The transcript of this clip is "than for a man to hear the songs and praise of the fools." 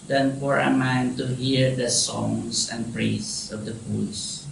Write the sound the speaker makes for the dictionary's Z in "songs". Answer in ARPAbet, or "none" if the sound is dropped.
S